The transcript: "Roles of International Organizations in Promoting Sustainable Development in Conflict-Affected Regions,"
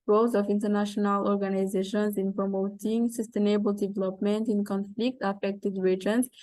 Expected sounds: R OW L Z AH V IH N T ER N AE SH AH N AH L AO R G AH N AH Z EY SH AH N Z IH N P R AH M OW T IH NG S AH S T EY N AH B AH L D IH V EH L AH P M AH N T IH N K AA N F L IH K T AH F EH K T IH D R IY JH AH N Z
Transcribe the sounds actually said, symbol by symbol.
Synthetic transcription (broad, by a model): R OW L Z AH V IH N T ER N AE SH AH N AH L AO R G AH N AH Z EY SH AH N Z IH N P R AH M OW T IH NG S AH S T EY N AH B AH L D IH V EH L AH P M AH N T IH N K AA N F L IH K T AH F EH K T IH D R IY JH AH N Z